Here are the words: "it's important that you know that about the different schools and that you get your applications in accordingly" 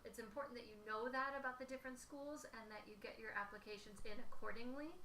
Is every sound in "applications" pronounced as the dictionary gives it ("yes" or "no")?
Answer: yes